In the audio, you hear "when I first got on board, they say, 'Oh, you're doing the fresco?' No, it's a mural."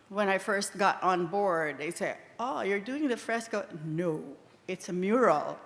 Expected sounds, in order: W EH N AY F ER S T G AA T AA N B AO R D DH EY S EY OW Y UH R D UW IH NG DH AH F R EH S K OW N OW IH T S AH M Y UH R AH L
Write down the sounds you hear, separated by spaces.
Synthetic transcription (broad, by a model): W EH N AY F ER S T G AA T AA N B AO R D DH EY S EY OW Y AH R D UW IH NG DH AH F R EH S K OW N OW IH T S AH M Y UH R L